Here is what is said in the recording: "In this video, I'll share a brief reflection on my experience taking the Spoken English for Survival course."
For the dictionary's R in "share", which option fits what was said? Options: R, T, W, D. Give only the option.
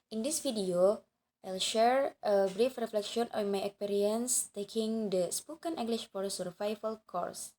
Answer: R